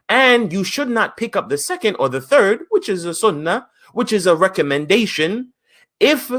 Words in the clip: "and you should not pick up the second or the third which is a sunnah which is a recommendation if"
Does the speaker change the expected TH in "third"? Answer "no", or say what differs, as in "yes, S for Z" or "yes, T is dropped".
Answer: no